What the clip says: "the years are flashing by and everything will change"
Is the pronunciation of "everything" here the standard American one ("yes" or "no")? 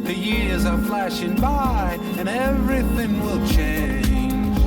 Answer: yes